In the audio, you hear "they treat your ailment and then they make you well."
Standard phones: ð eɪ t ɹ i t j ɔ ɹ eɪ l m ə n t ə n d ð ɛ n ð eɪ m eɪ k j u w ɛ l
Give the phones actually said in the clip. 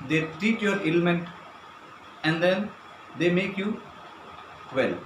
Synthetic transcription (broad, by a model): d eɪ t i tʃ j ɔ ɹ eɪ l m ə n t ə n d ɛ n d eɪ m eɪ k j u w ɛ l